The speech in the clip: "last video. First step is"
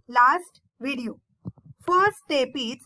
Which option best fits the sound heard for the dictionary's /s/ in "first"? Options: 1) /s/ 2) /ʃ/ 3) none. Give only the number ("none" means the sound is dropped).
3